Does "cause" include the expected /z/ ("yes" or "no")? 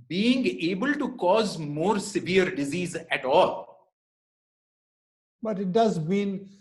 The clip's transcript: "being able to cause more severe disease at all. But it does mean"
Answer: yes